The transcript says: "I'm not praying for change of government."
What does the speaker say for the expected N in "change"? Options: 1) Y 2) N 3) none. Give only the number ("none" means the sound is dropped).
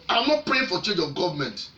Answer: 3